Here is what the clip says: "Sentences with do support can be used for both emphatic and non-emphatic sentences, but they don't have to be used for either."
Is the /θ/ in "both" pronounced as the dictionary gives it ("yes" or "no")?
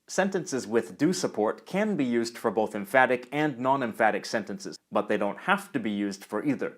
yes